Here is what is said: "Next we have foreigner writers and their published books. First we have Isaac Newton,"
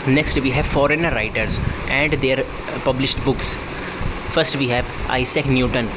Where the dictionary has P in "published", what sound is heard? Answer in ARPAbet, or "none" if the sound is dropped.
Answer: P